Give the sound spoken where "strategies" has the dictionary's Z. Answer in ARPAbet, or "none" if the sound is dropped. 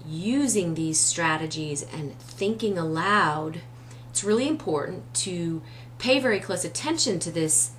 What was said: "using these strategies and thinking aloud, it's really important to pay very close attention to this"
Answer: Z